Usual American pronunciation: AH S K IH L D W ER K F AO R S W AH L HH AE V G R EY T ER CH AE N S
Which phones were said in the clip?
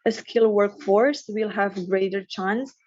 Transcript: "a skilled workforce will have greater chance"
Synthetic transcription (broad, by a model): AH S K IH L W ER K F AO R S W AH L HH AE V G R EY T ER CH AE N S